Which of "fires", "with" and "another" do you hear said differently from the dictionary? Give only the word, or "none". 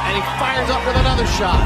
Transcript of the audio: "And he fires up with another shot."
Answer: none